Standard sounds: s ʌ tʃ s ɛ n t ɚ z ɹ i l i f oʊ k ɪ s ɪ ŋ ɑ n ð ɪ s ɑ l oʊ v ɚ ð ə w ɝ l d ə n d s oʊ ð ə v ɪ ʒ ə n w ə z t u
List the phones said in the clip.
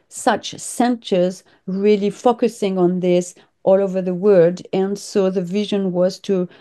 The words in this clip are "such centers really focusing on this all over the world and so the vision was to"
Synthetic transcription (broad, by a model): s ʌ tʃ s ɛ n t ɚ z ɹ i l i f oʊ k ɪ s ɪ ŋ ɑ n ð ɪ s ɑ l oʊ v ɚ ð ə w ɝ d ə n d s oʊ ð ə v ɪ ʒ ə n w ə z t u